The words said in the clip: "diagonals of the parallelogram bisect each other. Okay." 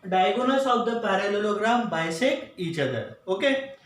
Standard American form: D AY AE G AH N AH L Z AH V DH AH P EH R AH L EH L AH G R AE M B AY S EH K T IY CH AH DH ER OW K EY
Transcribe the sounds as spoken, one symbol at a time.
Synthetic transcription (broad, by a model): D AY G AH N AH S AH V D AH P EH R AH L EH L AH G R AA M B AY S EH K IY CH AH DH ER OW K EY